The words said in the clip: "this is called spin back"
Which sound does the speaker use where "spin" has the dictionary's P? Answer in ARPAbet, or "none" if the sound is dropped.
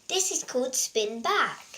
P